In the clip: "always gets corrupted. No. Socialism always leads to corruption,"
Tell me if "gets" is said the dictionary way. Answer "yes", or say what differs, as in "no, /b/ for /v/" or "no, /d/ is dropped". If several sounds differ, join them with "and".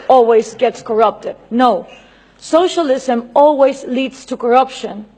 yes